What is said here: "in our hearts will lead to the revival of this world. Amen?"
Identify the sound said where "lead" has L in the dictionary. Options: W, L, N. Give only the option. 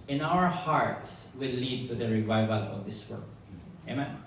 L